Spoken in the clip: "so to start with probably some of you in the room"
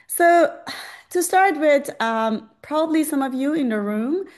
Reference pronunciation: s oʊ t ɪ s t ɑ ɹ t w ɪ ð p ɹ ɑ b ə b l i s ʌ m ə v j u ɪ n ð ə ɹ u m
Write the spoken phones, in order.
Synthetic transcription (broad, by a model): s oʊ t ɪ s t ɑ ɹ t w ɪ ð p ɹ ɑ b ə b l i s ʌ m ə v j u ɪ n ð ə ɹ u m